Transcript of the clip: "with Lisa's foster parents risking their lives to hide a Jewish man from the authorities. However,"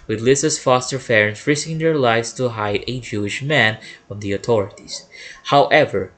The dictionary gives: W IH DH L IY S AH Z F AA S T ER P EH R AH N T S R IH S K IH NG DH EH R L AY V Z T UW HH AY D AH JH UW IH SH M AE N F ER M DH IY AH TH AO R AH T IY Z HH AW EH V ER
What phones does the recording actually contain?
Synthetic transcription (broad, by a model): W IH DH L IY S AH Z F AA S T ER F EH R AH N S R IH S K IH NG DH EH R L AY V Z T UW HH AY D AH JH UW IH SH M AE N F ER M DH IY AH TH AO R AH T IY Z HH AW EH V ER